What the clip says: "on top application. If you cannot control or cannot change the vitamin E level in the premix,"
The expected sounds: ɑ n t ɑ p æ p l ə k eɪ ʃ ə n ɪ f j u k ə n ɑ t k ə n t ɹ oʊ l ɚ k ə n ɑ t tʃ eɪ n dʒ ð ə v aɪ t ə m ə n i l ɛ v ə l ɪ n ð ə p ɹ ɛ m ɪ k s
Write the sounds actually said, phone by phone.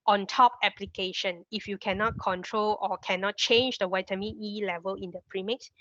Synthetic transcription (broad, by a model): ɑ n t ɑ p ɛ p l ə k eɪ ʃ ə n ɪ f j u k ə n ɑ t k ə n t ɹ oʊ l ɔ k ə n ɑ t tʃ eɪ n dʒ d ə w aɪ t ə m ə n i l ɛ v ə l ɪ n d ə p ɹ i m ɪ k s